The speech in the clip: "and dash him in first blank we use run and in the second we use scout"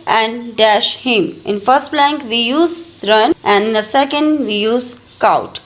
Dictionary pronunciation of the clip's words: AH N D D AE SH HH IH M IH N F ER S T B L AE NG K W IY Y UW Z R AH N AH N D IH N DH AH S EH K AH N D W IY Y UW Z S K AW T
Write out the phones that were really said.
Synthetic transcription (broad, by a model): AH N D D AE SH HH IH M IH N F ER S T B L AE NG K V IY Y UW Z R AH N AH N D IH N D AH S EH K AH N D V IY Y UW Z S K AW T